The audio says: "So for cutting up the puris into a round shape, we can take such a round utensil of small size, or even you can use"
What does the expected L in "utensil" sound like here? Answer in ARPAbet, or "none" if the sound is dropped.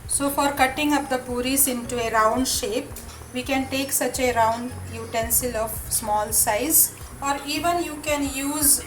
L